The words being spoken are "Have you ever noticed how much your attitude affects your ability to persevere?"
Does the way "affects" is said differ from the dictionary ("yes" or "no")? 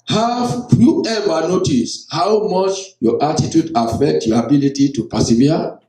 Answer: yes